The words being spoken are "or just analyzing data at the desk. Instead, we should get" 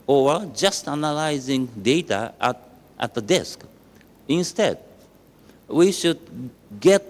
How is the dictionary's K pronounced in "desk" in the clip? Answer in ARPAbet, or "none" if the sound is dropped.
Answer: K